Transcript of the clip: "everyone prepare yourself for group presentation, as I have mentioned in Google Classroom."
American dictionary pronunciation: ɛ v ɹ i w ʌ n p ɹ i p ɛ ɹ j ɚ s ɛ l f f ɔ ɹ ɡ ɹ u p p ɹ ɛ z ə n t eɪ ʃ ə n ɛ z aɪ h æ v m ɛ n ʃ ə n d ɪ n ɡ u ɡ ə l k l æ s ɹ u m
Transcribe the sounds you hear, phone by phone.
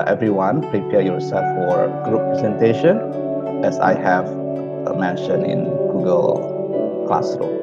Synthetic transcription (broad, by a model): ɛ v ɹ i w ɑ n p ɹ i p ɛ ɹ j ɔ s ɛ l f f ɔ ɹ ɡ ɹ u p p ɹ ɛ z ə n t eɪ ʃ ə n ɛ s aɪ h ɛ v m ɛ n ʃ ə n ɪ n ɡ u ɡ ə l k l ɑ s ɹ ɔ